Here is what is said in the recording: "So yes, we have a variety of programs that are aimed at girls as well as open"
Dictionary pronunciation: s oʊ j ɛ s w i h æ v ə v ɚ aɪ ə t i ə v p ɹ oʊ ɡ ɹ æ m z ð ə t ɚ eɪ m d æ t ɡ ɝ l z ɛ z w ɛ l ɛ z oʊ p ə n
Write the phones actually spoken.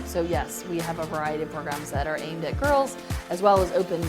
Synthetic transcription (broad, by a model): s oʊ j ɛ s w i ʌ v ə v ɚ aɪ ə t i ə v p ɹ oʊ ɡ ɹ æ m z ð ə t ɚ eɪ m d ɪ t ɡ ɝ l z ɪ z w ɛ l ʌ z oʊ p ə n